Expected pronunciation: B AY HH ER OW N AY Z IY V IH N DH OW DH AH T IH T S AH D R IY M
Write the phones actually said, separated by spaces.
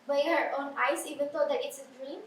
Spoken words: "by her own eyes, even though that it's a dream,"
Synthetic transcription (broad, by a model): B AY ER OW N AY S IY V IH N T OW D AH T IH T S AH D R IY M